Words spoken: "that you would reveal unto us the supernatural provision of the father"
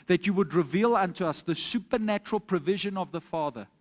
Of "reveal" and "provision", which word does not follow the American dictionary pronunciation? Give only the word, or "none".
none